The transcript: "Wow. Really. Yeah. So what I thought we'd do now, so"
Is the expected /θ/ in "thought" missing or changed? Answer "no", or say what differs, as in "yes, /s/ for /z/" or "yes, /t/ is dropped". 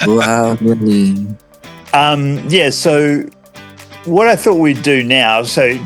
no